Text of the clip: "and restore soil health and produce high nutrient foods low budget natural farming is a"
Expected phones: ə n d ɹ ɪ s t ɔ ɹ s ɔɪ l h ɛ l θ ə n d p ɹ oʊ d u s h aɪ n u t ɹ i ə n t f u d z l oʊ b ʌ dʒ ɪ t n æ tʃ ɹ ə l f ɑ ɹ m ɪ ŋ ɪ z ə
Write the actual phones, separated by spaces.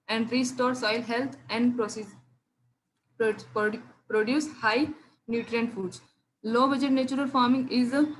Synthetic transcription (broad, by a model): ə n d ɹ ɪ s t ɔ ɹ s ɔɪ l h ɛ l t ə n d p ɹ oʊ d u s h aɪ n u t ɹ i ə n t f u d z l oʊ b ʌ dʒ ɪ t n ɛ tʃ ɹ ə l f ɑ ɹ m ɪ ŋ ɪ z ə